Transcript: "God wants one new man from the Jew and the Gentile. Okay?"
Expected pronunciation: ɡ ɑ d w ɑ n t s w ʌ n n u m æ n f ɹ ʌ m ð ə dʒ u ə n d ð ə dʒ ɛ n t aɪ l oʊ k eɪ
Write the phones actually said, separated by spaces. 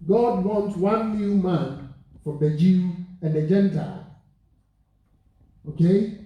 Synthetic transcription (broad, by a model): ɡ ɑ d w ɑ n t w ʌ n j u m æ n f ɹ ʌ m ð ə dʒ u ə n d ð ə dʒ ɛ n t aɪ l oʊ k eɪ